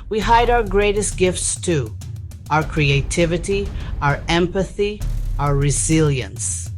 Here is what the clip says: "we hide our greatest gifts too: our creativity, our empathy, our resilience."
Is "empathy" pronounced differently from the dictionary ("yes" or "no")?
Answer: no